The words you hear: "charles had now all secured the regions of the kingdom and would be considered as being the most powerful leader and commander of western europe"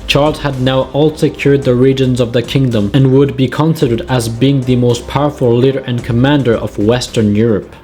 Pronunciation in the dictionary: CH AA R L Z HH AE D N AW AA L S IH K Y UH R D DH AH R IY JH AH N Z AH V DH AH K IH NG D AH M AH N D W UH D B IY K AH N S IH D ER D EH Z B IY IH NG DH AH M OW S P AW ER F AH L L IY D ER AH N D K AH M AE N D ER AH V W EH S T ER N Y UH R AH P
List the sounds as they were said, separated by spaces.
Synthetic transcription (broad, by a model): CH AA R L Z HH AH D N AW AA L S IH K Y UH R D DH AH R IY JH AH N Z AH V DH AH K IH NG D AH M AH N W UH D B IY K AH N S IH D ER D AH Z B IY IH NG DH AH M OW S P AW ER F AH L L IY D ER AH N K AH M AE N D ER AH V W EH S T ER N Y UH R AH P